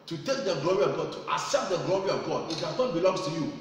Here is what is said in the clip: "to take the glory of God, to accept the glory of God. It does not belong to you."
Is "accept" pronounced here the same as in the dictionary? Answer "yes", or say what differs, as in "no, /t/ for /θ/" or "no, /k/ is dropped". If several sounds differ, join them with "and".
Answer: no, /k/ is dropped